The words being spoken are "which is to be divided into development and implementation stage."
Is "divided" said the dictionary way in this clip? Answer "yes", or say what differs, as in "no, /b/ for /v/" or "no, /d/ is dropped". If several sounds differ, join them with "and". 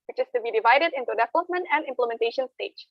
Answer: yes